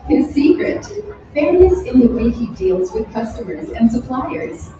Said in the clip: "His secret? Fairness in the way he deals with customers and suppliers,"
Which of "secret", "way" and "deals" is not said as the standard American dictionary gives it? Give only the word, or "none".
none